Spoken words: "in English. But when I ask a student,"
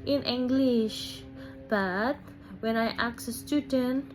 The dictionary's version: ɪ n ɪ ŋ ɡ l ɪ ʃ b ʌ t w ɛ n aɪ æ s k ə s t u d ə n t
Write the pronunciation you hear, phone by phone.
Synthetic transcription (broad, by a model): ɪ n ɪ ŋ ɡ l ɪ ʃ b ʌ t w ɛ n aɪ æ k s ə s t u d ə n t